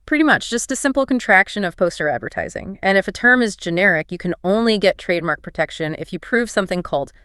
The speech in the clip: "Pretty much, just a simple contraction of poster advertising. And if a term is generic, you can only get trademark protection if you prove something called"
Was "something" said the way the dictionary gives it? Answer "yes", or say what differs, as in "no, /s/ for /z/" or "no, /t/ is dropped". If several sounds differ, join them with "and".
yes